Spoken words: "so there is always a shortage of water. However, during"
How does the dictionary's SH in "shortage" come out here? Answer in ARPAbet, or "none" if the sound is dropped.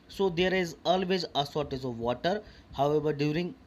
S